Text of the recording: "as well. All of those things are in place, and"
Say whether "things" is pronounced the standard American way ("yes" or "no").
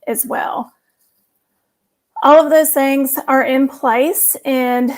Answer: yes